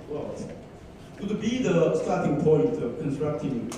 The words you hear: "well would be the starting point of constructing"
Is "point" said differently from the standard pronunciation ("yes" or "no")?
yes